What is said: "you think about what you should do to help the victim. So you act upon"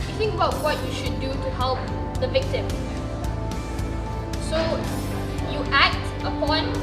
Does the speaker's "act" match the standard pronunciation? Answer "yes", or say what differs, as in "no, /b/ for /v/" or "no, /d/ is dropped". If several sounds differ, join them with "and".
yes